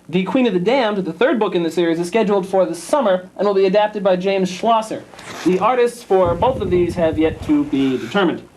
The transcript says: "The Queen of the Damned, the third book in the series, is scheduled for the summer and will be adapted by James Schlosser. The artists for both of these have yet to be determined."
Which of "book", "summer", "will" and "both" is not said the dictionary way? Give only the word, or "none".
none